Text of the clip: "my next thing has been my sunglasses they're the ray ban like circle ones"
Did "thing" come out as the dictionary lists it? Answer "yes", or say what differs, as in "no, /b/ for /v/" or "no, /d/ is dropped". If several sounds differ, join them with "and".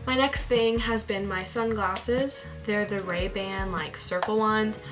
yes